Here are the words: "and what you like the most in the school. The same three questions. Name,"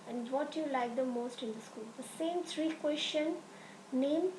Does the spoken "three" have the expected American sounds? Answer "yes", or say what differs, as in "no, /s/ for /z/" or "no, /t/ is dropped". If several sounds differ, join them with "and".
no, /t/ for /θ/